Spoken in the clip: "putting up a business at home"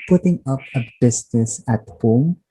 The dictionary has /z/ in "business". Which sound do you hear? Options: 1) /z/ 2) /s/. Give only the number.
2